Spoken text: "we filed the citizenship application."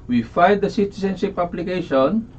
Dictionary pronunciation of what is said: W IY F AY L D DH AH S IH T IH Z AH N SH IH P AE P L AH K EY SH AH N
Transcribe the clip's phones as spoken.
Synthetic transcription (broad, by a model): W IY F AY D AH S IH T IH S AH N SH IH P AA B L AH K EY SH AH N